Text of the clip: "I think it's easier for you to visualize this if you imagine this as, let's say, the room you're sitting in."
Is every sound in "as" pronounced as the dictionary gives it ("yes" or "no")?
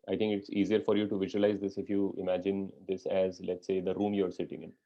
yes